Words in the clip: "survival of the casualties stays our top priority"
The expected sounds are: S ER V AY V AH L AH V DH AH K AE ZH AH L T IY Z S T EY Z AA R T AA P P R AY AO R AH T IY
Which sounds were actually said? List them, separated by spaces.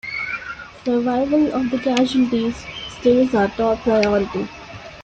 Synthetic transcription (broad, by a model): S ER V AY V AH L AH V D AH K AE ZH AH N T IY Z S T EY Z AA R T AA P P R AY AO R AH T IY